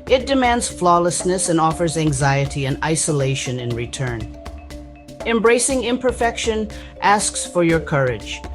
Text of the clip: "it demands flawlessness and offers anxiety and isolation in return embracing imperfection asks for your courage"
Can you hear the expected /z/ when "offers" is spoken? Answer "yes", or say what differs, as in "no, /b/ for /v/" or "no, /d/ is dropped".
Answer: yes